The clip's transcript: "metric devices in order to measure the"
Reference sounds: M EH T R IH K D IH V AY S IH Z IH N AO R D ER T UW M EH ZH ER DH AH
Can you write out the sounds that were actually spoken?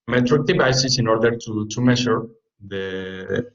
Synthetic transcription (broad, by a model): M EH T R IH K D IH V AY S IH S IH N AO R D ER T UW M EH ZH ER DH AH